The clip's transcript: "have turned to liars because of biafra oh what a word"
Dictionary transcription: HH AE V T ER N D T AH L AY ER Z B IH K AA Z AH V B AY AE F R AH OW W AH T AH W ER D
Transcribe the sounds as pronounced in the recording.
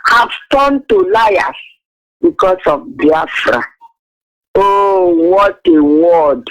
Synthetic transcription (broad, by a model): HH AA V T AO N T AH L AY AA S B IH K AA S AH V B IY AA F R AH OW W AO T AH W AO D